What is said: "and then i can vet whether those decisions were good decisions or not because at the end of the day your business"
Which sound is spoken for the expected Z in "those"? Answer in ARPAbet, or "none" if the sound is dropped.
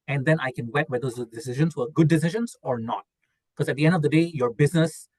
none